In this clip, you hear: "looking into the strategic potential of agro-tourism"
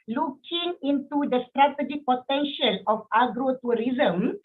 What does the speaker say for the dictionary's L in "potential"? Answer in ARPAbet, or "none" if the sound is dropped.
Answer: L